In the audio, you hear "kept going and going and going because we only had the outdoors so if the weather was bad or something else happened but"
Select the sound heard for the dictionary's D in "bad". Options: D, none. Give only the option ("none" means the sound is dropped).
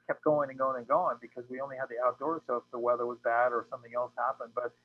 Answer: D